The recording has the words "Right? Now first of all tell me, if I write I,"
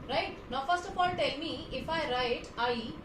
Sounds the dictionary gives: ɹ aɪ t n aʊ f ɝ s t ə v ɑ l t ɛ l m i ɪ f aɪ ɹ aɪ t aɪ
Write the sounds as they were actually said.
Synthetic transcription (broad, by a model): ɹ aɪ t n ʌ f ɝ s t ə p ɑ n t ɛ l m i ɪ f aɪ ɹ aɪ t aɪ